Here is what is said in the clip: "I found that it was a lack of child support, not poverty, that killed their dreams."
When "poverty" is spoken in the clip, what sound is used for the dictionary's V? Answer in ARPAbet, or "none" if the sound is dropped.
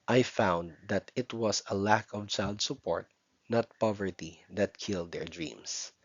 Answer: V